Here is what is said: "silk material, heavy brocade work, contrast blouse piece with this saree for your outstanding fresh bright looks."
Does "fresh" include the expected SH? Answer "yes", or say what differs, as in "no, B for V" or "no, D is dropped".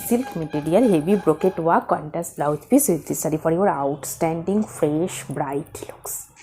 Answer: yes